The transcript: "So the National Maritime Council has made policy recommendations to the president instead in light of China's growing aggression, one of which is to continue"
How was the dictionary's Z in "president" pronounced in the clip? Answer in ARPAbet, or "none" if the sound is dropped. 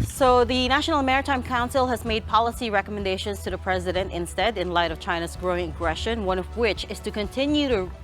Z